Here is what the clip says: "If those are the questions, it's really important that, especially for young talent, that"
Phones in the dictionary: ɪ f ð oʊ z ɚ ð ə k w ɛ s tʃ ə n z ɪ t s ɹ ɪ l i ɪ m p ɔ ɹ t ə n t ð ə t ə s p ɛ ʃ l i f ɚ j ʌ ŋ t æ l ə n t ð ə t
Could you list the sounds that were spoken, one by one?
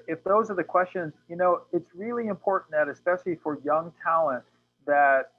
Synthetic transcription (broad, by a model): ɪ f ð oʊ z ɚ ð ə k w ɛ s tʃ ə n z ɪ t s ɹ ɪ l i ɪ m p ɔ ɹ t n ð ə t ə s p ɛ ʃ l i f ɚ j ʌ ŋ t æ l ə n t ð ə t